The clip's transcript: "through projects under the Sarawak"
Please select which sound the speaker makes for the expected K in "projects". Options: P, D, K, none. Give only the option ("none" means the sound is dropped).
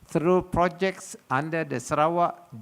K